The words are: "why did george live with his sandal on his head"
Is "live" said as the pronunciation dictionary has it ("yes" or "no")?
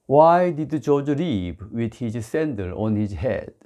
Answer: no